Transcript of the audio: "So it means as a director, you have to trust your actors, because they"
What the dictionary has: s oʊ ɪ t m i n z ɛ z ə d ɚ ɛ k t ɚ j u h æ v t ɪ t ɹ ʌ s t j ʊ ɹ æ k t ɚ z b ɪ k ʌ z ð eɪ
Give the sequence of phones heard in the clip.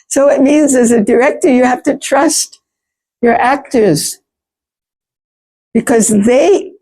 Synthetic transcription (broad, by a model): s oʊ ɪ t m i n z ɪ z ə d ɚ ɛ k t ɚ j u h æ f t ɪ t ɹ ʌ s t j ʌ ɹ æ k t ɚ z b ɪ k ʌ z ð eɪ